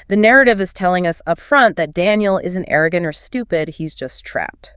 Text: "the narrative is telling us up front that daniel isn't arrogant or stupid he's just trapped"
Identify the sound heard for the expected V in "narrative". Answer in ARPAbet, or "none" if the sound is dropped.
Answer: V